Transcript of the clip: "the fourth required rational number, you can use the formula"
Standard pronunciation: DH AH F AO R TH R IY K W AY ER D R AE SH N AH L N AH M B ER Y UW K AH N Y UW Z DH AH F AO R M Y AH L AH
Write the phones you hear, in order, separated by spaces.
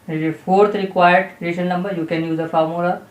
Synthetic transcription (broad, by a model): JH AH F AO R T R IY K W AY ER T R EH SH AH N AH M B ER Y UW K AH N Y UW Z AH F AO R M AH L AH